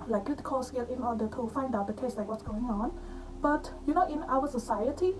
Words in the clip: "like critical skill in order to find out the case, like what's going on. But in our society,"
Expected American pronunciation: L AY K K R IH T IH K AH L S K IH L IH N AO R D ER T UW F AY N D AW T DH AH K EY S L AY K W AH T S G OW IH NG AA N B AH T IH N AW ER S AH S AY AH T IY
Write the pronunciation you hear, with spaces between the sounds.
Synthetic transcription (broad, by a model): L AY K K IH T K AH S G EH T IH N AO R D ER T UW F AY N D AW T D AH K EY S L AY K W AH T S G OW IH NG AA N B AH T IH N AW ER S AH S AY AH T IY